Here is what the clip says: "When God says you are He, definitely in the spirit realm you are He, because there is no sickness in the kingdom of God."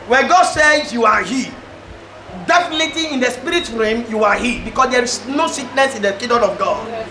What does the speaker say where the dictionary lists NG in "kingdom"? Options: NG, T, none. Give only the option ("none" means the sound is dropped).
none